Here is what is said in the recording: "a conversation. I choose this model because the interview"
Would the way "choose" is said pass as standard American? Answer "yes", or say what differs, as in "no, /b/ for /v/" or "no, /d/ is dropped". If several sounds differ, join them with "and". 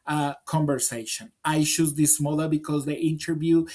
no, /ʃ/ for /tʃ/